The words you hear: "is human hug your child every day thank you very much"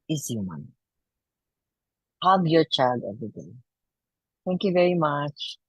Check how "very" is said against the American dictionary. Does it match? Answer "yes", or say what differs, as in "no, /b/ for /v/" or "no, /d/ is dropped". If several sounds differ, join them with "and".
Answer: yes